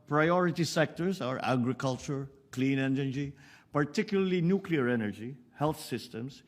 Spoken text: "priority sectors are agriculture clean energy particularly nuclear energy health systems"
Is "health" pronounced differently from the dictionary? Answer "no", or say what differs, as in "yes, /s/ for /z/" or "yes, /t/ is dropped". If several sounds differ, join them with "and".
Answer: yes, /t/ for /θ/